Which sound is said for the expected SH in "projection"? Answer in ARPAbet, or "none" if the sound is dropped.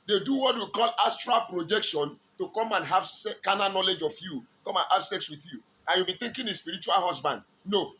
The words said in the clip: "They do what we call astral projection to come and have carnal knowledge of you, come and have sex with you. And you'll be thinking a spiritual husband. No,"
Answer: SH